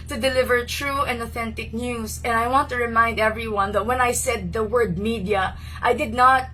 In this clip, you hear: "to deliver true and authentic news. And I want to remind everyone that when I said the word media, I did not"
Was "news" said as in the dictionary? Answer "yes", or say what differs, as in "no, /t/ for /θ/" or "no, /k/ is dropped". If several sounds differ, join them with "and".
no, /s/ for /z/